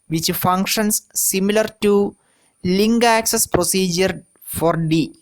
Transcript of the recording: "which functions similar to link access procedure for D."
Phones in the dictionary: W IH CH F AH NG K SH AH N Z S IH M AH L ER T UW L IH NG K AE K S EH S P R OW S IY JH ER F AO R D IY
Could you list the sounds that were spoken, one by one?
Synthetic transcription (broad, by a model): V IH CH F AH NG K SH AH N S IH M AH L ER T UW L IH NG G AE K S EH S P R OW S IY JH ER F AO R D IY